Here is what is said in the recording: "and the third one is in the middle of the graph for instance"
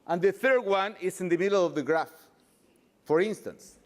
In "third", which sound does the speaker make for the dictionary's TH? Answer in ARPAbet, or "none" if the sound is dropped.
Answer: TH